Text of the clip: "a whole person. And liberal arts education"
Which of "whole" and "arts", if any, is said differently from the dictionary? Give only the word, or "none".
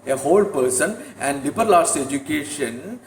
arts